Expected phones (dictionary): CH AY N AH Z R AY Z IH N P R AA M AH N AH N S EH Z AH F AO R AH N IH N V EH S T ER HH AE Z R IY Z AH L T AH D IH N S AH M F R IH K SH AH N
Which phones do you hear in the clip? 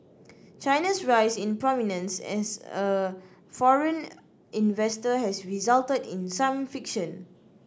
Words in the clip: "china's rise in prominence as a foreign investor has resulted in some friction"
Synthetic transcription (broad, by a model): CH AY N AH S R AY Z IH N P R AA M AH N AH N S EH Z AH F AO R AH N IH N V EH S T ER HH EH S R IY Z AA L T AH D IH N S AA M F IH K SH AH N